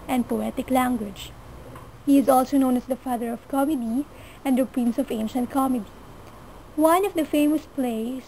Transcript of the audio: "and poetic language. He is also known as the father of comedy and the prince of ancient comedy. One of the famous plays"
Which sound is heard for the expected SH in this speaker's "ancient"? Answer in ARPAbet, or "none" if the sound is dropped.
SH